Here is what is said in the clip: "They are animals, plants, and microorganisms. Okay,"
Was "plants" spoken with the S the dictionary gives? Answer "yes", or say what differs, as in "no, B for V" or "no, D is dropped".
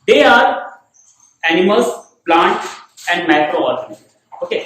no, S is dropped